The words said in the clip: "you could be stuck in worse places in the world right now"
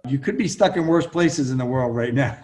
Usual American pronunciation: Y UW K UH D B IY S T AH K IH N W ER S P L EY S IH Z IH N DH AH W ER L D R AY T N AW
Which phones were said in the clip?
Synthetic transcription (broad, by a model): Y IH K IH D B IY S T AH K IH N W ER S P L EY S IH Z IH N DH AH W ER L D R AY T N AW